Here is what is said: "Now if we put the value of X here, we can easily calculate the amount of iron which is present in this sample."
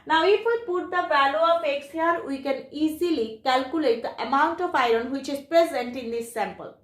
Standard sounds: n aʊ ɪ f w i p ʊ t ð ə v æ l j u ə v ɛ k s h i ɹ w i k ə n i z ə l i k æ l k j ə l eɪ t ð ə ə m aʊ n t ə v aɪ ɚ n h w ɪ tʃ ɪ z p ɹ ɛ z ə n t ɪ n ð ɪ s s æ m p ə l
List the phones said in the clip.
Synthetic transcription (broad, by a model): n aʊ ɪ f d p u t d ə b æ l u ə f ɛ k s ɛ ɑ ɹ w i k ə n i z ə l i k æ l k j ə l eɪ t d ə ə m aʊ n t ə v aɪ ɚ n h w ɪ tʃ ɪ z p ɹ ɛ z ə n t ɪ n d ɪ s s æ m p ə l